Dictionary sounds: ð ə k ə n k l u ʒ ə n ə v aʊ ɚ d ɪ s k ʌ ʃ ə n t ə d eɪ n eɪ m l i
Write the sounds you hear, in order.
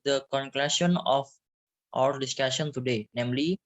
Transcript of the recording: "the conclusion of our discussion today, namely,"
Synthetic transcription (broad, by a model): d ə k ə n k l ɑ s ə n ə f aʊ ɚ d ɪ s k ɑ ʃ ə n t ə d eɪ n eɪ m l i